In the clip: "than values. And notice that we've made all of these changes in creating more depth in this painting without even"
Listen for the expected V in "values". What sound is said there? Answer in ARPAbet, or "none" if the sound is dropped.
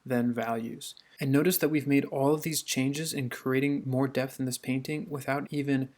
V